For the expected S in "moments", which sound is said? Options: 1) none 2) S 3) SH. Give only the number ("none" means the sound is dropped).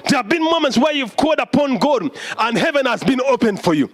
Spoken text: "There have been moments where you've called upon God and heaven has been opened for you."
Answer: 2